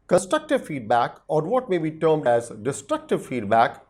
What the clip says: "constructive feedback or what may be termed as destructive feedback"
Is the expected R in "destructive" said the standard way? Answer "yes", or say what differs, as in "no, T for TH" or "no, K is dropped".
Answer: yes